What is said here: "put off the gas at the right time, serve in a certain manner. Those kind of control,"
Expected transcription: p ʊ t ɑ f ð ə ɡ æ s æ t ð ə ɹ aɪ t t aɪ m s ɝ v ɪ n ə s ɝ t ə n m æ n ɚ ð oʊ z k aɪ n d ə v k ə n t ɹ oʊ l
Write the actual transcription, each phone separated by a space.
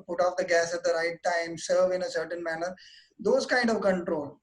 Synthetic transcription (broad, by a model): p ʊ t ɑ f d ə ɡ æ s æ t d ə ɹ aɪ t t aɪ m s ɝ v ɪ n ə s ɝ t ə n m æ n ɚ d oʊ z k aɪ n d ə v k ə n t ɹ oʊ l